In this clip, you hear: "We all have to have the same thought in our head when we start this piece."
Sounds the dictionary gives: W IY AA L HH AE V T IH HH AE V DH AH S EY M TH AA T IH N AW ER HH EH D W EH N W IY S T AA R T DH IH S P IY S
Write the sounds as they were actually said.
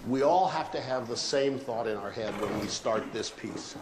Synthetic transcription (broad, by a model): W IY AA L HH AE F T IH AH V DH AH S EY M TH AA T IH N AW ER HH EH D W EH N W IY S T AA R T DH IH S P IY S